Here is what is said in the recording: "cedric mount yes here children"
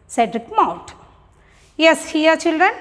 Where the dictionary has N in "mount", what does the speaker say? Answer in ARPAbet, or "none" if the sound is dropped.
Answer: none